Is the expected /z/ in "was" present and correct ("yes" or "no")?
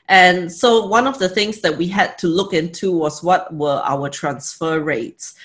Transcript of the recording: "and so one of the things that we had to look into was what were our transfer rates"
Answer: no